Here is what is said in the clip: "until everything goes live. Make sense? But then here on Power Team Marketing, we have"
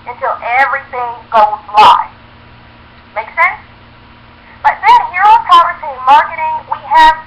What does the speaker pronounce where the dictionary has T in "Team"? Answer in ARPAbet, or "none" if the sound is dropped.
S